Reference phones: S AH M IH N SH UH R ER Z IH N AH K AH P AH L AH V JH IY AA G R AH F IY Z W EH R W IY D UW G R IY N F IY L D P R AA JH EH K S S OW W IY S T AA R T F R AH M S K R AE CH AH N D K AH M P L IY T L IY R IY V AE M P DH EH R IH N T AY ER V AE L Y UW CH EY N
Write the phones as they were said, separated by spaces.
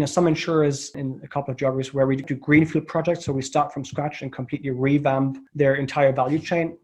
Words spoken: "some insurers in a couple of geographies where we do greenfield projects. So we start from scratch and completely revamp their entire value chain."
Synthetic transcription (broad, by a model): S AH M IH N SH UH R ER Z IH N AH K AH P L AH V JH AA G AH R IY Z W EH R W IY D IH G R IY N F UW L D P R AA JH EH K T S OW W IY S T AA R T F R AH M S K R AE CH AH N K AH M P L IY T L IY R IY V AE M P DH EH R IH N T AY ER V AE L Y UW CH EY N